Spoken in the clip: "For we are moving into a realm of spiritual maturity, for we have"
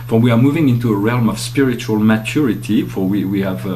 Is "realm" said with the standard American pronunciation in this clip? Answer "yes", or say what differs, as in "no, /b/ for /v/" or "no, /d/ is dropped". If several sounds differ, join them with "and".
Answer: yes